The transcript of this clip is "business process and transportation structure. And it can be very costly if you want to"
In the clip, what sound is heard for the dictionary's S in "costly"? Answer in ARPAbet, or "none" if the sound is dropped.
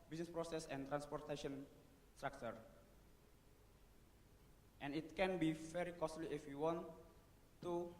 S